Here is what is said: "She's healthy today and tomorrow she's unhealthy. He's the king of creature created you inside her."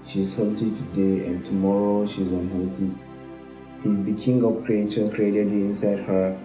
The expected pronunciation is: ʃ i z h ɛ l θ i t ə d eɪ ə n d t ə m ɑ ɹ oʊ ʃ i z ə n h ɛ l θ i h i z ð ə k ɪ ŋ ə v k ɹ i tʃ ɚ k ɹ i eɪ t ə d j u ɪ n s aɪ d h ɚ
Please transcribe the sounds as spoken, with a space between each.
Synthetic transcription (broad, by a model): ʃ i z h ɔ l t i t ə d eɪ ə n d t ə m ɑ ɹ oʊ ʃ i z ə n h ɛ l t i h i z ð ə k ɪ ŋ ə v k ɹ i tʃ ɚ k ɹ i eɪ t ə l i ɪ n s aɪ d h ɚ